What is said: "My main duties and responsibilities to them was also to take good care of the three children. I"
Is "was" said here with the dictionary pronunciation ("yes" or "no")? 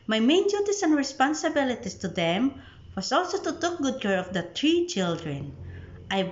no